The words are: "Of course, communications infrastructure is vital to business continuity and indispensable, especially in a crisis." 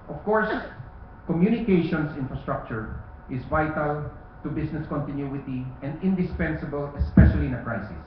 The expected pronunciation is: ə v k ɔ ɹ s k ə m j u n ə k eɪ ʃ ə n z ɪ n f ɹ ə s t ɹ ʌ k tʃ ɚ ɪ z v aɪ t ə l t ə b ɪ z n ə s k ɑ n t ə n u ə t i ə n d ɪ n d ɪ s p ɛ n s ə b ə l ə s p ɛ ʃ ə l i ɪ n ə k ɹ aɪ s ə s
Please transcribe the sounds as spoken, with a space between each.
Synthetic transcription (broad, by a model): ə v k ɔ ɹ s k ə m j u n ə k eɪ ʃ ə n s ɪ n f ɹ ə s t ɹ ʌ k tʃ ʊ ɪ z v aɪ t ə l t ə b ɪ s n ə s k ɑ n t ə n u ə t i ə n d ɪ n d ɪ s p ɛ n s ə b ə l ə s p ɛ ʃ ə l i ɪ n ə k ɹ aɪ s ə s